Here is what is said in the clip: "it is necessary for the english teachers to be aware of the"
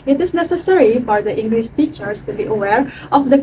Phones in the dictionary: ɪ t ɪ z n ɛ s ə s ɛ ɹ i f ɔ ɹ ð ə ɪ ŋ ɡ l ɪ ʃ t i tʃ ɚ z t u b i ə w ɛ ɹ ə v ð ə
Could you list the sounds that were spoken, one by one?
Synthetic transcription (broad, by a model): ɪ t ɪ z n ɛ s ə s ɛ ɹ i f ɔ ɹ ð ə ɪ ŋ ɡ l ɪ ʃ t i tʃ ɚ s t u b i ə w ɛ ɹ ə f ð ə